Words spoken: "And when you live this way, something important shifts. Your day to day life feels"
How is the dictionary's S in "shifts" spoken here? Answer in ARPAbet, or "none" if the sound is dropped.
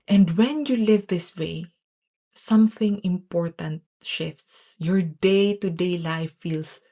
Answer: S